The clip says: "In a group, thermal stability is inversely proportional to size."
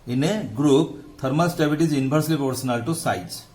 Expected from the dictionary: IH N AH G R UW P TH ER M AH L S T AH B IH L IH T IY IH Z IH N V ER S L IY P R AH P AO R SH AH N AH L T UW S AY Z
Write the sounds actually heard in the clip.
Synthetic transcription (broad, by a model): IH N AH G R UW P T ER M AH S T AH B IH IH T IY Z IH N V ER S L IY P AH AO R S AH N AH L T UW S AY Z